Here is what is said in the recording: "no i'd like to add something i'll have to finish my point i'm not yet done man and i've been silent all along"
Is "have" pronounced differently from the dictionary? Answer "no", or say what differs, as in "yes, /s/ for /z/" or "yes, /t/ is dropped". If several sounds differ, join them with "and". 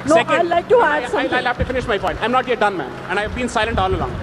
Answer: yes, /f/ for /v/